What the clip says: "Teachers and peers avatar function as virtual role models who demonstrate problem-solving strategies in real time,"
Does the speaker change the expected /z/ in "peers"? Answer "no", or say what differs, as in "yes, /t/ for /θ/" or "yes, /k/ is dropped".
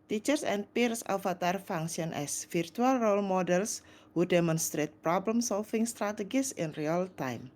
yes, /s/ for /z/